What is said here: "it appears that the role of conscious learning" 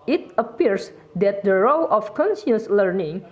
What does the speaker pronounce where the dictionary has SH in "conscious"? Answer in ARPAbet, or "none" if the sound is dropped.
S